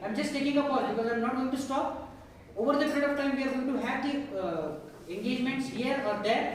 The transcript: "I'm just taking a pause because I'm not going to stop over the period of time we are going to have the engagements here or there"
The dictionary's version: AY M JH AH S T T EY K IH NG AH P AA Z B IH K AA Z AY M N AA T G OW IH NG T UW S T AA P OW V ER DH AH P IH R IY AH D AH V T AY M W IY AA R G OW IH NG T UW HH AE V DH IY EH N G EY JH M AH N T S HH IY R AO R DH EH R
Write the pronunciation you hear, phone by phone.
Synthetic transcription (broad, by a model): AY M JH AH S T T EY K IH NG AH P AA B IH K AA Z AY M N AA T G OW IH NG T UW S T AA P OW V ER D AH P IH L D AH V T AY M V IY AA R G OW IH NG T UW HH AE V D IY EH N G EY JH M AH N T S HH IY R AO R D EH R